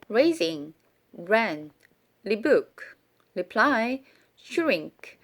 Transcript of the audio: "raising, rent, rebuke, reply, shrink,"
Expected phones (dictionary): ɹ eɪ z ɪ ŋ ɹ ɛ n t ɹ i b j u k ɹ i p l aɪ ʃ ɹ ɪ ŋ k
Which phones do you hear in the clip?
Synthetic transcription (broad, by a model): ɹ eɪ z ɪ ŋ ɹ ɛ n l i b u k l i p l aɪ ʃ ɹ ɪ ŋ k